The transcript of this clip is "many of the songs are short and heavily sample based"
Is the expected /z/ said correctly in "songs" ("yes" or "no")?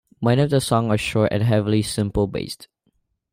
no